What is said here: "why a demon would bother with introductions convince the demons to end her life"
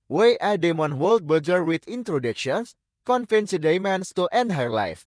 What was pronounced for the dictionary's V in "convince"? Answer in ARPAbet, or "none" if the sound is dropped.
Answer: F